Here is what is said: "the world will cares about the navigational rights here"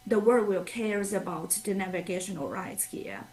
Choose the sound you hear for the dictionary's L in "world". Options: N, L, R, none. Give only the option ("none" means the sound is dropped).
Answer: none